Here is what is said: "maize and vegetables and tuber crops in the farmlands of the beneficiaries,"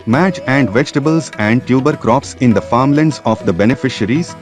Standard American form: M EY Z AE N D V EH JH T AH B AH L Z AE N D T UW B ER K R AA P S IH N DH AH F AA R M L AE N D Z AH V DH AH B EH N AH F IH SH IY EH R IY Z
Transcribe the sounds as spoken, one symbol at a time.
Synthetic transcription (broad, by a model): M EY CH AE N D V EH JH T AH B AH L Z AE N D T UW B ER K R AA P S IH N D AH F AA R M L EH N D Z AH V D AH B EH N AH F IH SH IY R IY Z